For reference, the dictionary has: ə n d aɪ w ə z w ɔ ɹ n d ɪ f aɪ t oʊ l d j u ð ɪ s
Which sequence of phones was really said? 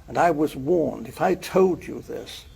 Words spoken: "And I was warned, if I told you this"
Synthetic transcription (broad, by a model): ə n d aɪ w ə z w ɔ ɹ n d ɪ f aɪ t oʊ l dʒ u ð ɪ s